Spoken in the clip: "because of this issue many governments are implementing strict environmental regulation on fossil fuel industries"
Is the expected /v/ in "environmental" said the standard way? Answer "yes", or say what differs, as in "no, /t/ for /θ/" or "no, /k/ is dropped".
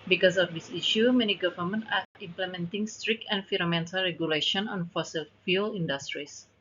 no, /f/ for /v/